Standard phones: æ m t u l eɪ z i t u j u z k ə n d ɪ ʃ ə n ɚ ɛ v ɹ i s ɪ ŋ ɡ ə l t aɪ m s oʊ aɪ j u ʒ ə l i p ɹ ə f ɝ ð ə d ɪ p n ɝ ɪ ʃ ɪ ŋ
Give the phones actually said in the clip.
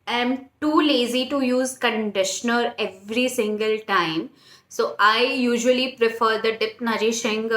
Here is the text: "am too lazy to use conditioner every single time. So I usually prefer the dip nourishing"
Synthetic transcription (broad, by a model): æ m t u l eɪ z i t u j u z k ə n d ɪ ʃ ə n ɚ ɛ v ɹ i s ɪ ŋ ɡ ə l t aɪ m s oʊ aɪ j u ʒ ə l i p ɹ ə f ɝ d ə d ɪ p n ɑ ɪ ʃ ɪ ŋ